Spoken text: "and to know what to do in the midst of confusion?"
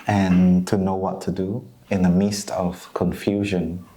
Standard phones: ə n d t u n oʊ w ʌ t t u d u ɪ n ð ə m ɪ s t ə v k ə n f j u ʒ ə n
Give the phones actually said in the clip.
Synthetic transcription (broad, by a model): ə n t u n oʊ w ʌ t t u d u ɪ n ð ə m ɪ s t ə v k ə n f j u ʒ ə n